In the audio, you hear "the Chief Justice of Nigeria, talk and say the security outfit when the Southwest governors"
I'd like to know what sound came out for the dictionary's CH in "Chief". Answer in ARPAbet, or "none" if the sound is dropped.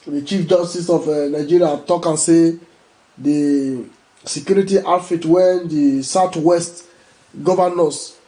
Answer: CH